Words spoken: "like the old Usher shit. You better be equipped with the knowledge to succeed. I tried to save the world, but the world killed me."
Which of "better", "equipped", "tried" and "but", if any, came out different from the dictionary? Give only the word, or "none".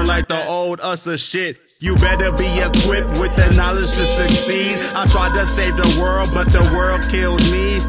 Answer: none